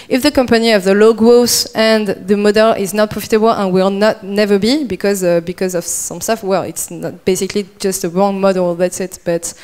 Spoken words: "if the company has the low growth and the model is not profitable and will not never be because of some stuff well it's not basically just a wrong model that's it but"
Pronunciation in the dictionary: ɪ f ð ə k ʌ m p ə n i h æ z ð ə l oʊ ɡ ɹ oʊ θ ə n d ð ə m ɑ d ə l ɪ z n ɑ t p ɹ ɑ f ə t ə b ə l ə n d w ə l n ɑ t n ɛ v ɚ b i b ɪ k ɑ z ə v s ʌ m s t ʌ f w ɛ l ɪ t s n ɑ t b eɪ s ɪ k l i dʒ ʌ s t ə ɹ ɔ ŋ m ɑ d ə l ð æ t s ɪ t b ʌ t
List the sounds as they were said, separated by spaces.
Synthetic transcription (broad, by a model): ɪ f ð ə k ʌ m p ə n i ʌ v ð ə l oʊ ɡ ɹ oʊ s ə n ð ə m ɑ d ə l ɪ z n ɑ t p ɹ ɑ f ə t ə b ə l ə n w ə l n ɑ t n ɛ v ɚ b i b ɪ k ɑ z ə v s ʌ m s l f w ɛ l ɪ t s n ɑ t b eɪ s ɪ k l i dʒ ʌ s t ə ɹ ɔ ŋ m ɑ d ə l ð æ t s ɪ t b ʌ t